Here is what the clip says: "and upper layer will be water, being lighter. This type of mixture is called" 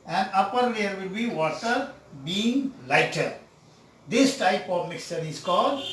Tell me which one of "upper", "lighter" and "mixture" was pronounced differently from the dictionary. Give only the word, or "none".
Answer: none